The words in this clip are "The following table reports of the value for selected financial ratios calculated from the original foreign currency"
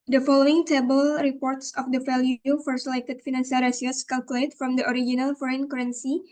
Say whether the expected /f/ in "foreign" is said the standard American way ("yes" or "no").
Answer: yes